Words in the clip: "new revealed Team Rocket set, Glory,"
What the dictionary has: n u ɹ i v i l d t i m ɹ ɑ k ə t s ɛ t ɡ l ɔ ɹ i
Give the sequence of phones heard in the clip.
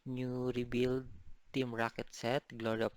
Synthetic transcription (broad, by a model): n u ɹ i b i l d t i m ɹ ɑ k ə t s ɛ t ɡ l ɔ ɹ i